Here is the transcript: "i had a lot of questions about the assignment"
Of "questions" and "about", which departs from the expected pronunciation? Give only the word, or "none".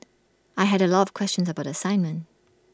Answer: none